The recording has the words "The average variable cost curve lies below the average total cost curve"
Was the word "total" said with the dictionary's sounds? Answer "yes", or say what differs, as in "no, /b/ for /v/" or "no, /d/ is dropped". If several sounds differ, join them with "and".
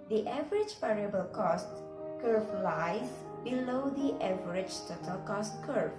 yes